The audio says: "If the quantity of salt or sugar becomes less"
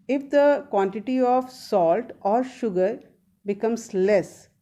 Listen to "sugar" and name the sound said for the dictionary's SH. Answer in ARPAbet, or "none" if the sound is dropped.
SH